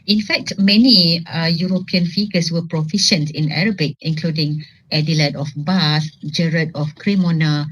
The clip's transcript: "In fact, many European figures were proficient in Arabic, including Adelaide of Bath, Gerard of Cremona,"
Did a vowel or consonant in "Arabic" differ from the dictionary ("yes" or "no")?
no